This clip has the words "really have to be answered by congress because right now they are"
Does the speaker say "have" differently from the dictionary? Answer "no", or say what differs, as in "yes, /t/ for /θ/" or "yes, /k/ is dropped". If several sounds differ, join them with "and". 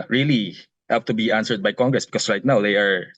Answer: yes, /p/ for /v/